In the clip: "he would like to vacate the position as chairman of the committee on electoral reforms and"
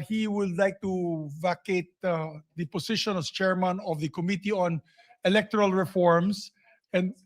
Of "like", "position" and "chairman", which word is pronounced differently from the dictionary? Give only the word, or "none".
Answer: position